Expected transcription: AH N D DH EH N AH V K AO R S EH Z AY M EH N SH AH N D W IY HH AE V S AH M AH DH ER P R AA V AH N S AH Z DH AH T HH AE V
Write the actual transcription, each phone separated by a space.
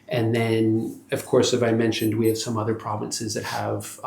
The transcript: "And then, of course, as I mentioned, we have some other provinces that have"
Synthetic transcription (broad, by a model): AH N DH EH N AH V K AO R S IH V AY M EH N SH AH N D W IY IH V S AH M AH DH ER P R AA V AH N S AH Z DH AH T HH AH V